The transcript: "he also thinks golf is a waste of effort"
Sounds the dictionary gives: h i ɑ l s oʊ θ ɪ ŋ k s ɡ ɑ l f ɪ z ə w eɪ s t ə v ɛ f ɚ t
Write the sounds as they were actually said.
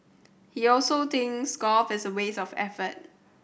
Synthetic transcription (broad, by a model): h i ɑ l s oʊ t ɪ ŋ s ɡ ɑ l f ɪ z ə w eɪ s ə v ɛ f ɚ t